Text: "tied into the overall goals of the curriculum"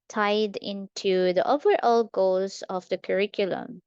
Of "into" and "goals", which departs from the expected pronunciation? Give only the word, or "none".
goals